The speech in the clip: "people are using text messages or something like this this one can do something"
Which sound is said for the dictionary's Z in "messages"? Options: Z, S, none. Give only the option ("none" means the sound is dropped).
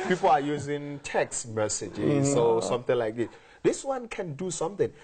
none